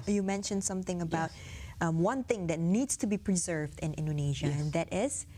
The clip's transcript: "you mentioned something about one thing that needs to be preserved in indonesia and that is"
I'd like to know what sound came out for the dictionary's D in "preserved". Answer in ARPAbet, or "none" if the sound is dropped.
D